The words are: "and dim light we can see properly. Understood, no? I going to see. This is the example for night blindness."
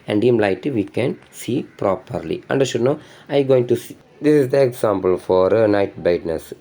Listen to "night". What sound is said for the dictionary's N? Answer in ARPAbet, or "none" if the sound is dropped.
N